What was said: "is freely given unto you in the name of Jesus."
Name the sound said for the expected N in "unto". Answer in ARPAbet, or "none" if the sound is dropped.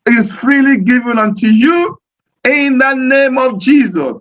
N